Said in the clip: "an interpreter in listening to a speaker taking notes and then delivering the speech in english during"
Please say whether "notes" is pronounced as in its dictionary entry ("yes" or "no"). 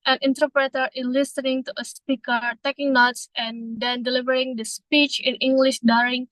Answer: yes